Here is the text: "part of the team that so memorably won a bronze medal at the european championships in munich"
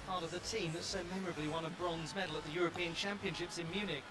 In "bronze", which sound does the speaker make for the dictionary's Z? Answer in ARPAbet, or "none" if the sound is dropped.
Z